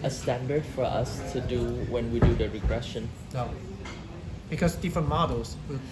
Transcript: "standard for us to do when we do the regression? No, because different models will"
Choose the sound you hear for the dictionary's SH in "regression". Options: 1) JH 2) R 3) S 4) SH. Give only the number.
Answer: 4